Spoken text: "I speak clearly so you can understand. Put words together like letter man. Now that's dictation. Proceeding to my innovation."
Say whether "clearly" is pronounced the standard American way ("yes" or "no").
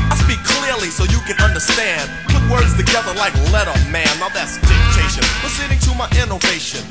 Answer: yes